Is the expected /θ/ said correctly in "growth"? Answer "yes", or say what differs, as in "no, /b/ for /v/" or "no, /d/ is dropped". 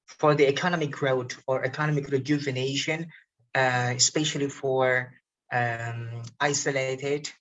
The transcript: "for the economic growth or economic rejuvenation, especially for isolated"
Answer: no, /t/ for /θ/